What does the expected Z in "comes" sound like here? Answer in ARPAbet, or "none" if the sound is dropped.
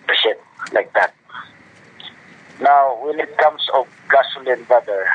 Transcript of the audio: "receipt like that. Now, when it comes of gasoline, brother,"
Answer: S